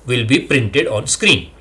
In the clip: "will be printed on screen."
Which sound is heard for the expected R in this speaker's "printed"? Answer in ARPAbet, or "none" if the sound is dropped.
R